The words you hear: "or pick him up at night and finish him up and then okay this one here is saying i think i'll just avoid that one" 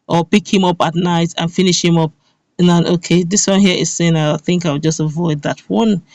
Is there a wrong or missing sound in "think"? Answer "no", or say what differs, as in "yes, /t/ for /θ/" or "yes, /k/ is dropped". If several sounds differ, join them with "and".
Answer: no